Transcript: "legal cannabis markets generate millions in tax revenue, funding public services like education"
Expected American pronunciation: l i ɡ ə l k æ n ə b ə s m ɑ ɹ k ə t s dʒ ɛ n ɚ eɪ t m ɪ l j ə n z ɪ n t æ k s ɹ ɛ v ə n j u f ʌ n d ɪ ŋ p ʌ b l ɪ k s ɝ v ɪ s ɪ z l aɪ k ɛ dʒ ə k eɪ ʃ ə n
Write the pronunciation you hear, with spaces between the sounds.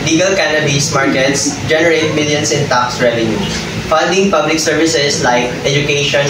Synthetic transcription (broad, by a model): l i ɡ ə l k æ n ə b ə s m ɑ ɹ k ə t s dʒ ɛ n ɚ eɪ t m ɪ l j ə n s ɪ n t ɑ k s ɹ ɛ v ə n j u f ʌ n d ɪ ŋ p ʌ b l ɪ k s ɝ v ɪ s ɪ s l aɪ k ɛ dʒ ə k eɪ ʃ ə n